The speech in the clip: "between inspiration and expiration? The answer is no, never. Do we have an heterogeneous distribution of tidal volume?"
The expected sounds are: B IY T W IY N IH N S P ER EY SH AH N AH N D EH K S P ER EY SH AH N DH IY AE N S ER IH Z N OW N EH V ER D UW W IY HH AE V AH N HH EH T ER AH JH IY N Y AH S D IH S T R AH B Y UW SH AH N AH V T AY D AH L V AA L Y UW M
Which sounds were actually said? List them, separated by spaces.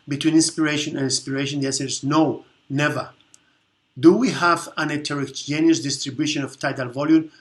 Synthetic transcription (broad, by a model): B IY T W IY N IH N S P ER EY SH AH N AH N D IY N S P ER EY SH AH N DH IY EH S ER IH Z N OW N EH V ER D UW W IY HH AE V AH N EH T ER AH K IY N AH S D IH S T R AH B Y UW SH AH N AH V T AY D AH L V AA L Y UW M